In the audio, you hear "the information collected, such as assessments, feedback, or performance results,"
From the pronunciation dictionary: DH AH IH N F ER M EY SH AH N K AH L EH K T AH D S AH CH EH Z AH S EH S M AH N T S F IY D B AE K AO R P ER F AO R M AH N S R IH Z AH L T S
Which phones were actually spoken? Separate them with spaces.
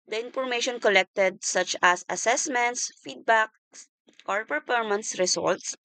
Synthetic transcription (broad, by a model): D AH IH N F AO M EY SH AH N K AH L EH K T AH D S AH CH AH S AH S EH S M AH N T S F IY D B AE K AO R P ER P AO R M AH N S R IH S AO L T S